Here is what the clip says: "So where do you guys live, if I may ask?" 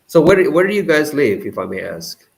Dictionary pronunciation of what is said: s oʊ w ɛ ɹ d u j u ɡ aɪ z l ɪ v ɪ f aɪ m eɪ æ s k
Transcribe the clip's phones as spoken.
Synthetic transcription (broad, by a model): s oʊ w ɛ w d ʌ j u ɡ aɪ z l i v ɪ f aɪ m eɪ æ s k